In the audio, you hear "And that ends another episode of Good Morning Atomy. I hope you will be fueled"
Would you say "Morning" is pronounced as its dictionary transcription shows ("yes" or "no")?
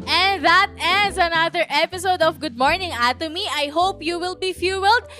yes